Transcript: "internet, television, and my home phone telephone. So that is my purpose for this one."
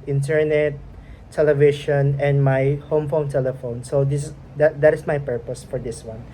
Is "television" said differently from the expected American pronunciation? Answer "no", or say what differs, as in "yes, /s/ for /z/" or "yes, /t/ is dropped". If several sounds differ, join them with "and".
yes, /ʃ/ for /ʒ/